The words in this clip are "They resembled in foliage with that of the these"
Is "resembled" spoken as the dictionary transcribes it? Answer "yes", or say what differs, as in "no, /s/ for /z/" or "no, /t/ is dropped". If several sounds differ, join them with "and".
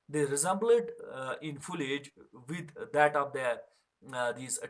no, /l/ is dropped